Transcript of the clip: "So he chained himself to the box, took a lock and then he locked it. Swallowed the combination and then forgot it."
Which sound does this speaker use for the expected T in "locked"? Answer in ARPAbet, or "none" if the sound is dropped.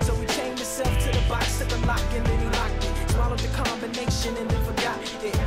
none